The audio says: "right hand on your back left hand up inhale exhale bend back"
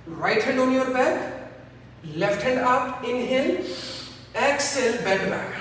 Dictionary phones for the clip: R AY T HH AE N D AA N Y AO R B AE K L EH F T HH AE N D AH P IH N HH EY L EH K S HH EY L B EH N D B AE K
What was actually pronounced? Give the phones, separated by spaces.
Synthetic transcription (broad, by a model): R AY T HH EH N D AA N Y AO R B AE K L EH F T HH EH N D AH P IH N HH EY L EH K S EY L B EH D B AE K